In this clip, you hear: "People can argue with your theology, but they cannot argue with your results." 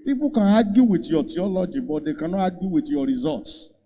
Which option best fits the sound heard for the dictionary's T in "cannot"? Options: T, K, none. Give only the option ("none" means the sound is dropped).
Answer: none